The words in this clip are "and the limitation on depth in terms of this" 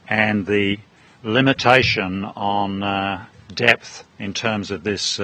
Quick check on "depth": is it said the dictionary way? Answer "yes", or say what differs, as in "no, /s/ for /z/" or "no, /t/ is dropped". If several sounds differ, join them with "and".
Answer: yes